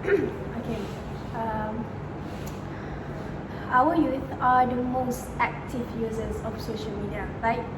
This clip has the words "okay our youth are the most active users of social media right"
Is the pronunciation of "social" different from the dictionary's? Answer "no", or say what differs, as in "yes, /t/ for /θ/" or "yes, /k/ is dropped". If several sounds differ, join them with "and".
no